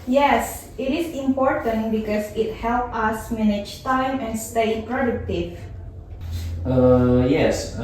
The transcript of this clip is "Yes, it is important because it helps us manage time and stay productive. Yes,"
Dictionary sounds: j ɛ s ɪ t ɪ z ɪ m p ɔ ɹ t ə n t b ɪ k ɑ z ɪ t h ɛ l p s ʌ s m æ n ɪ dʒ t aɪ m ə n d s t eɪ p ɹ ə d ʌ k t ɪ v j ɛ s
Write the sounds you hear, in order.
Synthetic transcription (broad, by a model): j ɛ s ɪ t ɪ s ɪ m p ɔ ɹ t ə n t b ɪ k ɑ s ɪ t h ɛ l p ʌ s m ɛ n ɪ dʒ t aɪ m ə n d s t eɪ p ɹ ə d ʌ k t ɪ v j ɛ s